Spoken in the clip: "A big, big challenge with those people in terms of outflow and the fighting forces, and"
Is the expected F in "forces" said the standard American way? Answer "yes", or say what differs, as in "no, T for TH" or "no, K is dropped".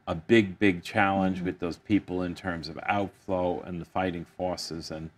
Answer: yes